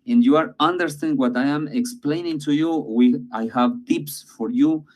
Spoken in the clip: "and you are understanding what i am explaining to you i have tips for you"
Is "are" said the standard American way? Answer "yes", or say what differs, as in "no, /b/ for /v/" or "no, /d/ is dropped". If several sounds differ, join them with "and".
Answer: yes